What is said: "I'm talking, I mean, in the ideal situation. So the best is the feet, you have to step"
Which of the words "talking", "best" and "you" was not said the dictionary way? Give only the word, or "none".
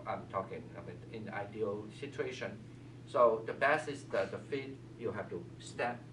best